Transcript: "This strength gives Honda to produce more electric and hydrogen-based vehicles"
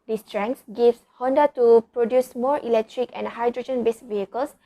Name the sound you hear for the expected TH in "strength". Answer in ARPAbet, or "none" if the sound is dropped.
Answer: S